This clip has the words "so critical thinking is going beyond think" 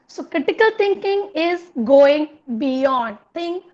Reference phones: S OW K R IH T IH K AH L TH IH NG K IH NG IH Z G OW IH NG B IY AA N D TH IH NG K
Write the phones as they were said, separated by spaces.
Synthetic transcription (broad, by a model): S OW K R IH T IH K AH L T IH NG K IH NG IH Z G OW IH NG B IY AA N D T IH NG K